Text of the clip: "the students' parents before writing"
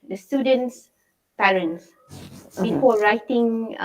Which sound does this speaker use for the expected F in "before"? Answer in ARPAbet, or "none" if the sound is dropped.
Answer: P